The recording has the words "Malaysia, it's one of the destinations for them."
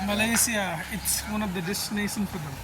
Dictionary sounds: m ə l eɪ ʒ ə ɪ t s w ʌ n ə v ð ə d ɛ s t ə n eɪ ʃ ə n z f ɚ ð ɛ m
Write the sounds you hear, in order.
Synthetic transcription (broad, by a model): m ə l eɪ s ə ɪ t s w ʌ n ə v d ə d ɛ s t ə n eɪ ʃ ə n f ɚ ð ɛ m